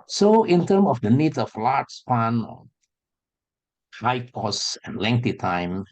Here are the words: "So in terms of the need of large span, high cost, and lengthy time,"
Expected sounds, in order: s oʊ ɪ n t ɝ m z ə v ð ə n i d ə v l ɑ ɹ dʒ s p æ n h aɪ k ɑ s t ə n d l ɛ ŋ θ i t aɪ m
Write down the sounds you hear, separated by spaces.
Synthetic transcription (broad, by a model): s oʊ ɪ n t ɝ m ə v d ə n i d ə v l ɑ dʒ s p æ n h aɪ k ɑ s ə n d l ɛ ŋ t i t aɪ m